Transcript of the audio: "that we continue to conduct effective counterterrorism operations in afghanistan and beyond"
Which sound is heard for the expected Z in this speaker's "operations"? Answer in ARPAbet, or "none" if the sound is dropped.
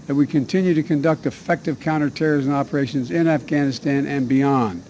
Z